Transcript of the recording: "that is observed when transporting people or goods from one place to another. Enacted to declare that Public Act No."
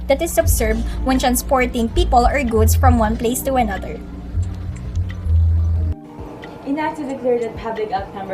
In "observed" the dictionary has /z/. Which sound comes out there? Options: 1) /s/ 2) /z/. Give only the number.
1